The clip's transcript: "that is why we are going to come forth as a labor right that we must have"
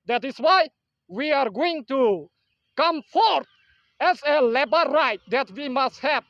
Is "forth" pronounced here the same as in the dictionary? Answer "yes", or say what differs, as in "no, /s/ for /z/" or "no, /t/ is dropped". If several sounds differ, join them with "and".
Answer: no, /t/ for /θ/